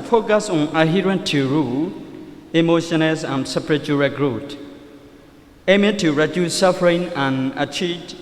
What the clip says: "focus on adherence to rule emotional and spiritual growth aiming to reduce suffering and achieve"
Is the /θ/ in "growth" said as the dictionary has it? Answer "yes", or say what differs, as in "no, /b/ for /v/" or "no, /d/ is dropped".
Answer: no, /t/ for /θ/